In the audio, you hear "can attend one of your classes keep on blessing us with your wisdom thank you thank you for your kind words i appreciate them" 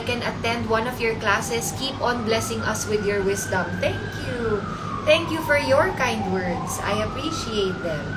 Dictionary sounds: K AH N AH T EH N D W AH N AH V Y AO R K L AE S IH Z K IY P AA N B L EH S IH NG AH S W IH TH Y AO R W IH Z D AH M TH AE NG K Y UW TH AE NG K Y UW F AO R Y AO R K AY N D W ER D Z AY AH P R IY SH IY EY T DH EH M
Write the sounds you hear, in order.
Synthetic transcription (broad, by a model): K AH N AH T EH N D W AH N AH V Y AO R K L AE S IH S K IY P AA N B L EH S IH NG AH S W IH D Y AO R W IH S D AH M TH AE NG K Y UW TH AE NG K Y UW F AO R Y AO R K AY N D W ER D S AY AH P R IY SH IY EY T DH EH M